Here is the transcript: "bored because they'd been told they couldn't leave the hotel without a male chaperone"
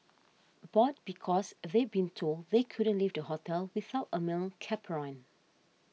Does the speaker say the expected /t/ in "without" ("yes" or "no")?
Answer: yes